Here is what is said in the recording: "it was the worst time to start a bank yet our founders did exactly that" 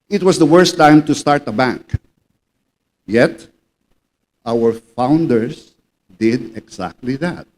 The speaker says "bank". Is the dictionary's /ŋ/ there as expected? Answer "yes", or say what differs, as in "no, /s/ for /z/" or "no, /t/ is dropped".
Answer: yes